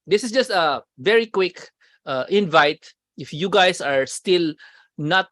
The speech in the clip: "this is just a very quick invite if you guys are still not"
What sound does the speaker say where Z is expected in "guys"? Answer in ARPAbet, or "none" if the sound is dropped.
S